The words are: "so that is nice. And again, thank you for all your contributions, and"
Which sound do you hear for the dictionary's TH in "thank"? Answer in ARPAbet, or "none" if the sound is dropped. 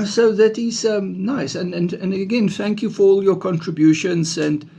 TH